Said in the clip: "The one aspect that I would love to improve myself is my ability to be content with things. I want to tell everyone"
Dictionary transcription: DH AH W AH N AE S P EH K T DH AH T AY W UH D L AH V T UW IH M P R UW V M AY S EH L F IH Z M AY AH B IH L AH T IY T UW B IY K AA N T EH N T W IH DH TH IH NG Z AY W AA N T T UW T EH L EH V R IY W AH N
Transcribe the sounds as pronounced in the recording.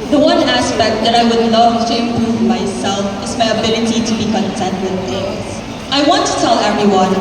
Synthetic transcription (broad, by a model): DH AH W AH N AE S P EH K T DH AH T AY W UH D N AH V T UW IH M P R UW V M AY S EH L F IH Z M AY AH B IH L AH T IY T UW B IY K AA N T EH N T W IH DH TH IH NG AY W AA N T T UW T EH L EH V R IY W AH N